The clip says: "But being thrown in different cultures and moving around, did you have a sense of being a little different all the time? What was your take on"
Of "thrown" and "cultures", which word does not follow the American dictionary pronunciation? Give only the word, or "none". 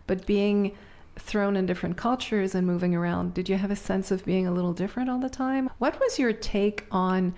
none